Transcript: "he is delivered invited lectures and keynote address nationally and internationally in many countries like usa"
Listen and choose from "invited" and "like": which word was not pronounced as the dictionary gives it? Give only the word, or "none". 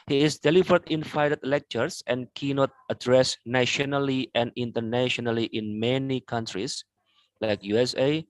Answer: invited